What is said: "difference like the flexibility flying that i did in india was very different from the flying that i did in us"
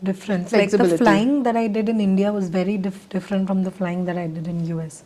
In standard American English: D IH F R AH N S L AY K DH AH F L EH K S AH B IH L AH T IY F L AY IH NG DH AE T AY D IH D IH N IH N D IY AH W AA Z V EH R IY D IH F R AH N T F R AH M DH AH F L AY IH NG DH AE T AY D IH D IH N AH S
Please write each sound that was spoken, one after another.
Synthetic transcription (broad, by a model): D IH F R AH N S L AY K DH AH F L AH IH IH NG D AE T AY D IH D IH N IH N D IY AH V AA Z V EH R IY D IH F R AH N T F R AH M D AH F L AY IH NG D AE T AY D IH D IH N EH S